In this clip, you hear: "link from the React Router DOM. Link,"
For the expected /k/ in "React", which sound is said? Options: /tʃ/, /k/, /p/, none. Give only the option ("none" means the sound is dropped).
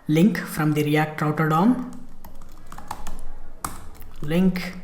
none